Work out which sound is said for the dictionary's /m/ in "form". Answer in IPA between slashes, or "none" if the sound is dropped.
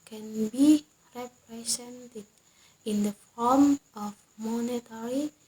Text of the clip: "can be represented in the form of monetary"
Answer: /m/